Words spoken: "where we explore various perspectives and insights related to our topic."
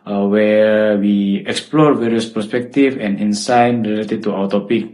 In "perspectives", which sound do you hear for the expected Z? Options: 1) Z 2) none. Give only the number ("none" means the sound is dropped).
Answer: 2